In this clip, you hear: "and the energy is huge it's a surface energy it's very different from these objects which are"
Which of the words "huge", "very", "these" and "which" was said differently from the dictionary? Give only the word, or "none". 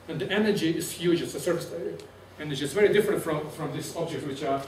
these